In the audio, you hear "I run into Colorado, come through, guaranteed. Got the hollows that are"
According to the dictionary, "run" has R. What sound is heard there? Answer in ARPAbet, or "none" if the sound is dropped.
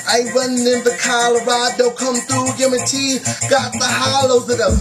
W